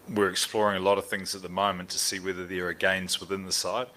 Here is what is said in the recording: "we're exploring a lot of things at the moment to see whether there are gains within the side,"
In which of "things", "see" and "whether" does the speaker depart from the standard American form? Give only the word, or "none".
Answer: none